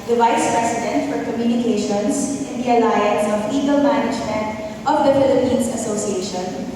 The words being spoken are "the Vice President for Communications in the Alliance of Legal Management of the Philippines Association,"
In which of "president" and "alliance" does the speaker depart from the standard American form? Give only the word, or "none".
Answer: president